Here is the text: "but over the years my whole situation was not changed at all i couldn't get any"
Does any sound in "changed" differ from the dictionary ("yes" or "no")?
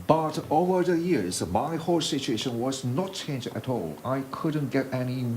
yes